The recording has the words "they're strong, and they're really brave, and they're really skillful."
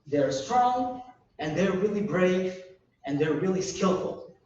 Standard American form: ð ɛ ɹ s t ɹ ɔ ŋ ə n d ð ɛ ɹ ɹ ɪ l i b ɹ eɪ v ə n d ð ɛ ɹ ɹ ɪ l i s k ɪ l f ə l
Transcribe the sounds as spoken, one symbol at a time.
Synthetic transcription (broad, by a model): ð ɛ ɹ s t ɹ ɔ ŋ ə n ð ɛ ɹ ɹ ɪ l i b ɹ eɪ v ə n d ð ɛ ɹ ɹ ɪ l i s k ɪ l f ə l